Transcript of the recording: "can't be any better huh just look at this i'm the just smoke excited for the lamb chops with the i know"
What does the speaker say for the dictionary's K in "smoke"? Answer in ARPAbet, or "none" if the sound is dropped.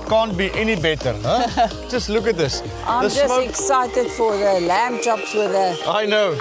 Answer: none